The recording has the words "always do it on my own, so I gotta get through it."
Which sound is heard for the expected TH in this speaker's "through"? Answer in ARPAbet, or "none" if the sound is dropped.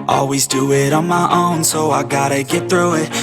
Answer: TH